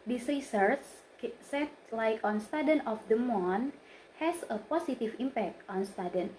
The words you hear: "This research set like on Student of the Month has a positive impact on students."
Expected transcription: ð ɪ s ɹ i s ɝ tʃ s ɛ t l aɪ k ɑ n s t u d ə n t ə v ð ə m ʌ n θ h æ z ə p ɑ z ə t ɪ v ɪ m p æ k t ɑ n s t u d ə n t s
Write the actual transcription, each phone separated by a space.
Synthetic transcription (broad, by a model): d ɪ s ɹ i s ɝ tʃ s ɛ t l aɪ k ɑ n s t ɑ d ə n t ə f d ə m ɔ n h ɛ s ə p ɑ s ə t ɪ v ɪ m p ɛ k t ɑ n s t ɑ d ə n